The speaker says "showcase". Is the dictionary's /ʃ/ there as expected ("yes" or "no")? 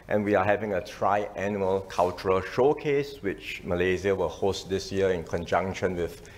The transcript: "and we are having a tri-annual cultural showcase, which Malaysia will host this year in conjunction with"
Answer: yes